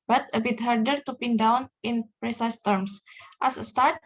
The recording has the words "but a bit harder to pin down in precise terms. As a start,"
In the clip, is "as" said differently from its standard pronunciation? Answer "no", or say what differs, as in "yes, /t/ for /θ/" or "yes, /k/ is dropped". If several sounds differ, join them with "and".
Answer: yes, /s/ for /z/